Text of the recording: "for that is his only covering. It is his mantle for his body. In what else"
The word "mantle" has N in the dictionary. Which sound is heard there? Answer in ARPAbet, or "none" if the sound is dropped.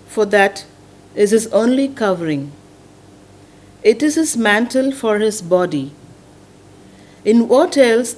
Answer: N